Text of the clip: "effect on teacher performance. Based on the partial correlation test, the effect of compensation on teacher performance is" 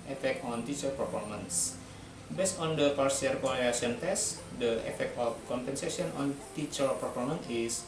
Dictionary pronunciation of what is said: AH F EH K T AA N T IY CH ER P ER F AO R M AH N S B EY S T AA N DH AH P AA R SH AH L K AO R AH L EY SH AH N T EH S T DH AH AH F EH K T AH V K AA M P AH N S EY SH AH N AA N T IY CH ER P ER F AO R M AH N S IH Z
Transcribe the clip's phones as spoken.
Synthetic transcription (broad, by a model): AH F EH K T AA N T IY CH ER P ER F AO R M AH N S B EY S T AA N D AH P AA R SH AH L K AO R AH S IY AH N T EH S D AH AH F EH K T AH F K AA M P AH N S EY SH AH N AA N T IY CH ER P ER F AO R M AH N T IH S